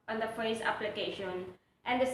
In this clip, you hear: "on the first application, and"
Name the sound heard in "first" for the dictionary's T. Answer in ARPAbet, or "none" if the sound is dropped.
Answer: none